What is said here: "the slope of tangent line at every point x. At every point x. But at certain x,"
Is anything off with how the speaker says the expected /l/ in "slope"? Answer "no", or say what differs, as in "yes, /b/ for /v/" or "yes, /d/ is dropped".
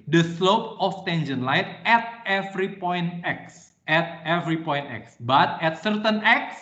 no